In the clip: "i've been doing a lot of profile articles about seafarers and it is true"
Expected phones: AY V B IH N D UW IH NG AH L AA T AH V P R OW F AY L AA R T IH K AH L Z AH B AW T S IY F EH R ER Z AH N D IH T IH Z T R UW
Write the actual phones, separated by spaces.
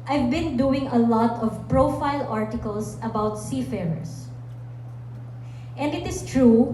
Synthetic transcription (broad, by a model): AY V B IH N D UW IH NG AH L AA T AH V P R OW F AY L AA R T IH K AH L S AH B AW T S IY F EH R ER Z AH N D IH T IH S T R UW